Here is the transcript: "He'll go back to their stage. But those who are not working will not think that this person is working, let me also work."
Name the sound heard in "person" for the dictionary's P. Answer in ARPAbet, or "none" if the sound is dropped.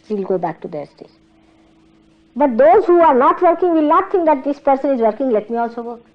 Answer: P